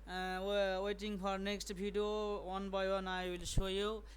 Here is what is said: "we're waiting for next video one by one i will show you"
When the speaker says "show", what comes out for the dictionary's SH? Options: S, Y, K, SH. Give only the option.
S